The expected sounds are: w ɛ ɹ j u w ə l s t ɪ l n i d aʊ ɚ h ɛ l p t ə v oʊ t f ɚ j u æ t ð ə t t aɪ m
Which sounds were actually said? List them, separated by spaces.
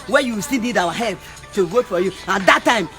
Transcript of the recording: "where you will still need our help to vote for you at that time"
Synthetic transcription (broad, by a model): w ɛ j u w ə s t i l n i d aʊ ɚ h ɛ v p t ə w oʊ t f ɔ j u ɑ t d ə t t aɪ m